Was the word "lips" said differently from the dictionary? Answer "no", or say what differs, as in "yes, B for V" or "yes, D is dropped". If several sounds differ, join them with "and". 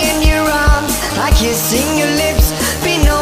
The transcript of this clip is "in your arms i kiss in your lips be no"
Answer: no